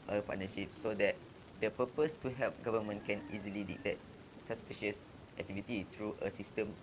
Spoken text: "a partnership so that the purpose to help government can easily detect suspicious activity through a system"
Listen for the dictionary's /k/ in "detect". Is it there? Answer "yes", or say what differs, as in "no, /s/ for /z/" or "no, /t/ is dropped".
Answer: no, /k/ is dropped